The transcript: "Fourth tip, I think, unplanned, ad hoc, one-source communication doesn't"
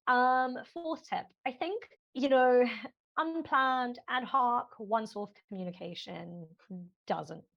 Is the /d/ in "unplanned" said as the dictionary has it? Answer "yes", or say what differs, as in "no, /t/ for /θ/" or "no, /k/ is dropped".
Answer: yes